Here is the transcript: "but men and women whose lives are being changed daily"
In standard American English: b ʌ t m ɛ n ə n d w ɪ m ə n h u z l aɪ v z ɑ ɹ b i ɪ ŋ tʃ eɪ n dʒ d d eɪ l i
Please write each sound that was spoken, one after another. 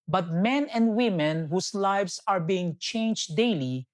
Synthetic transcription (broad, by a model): b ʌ t m ɛ n ə n d w ɪ m ə n h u s l aɪ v s ɑ ɹ b i ɪ ŋ tʃ eɪ n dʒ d d eɪ l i